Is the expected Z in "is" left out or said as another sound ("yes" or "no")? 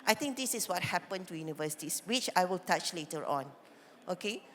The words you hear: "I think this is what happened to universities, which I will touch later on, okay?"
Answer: yes